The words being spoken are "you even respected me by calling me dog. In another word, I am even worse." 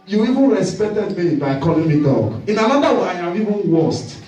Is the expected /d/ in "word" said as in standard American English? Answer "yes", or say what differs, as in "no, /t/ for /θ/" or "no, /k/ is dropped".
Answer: no, /d/ is dropped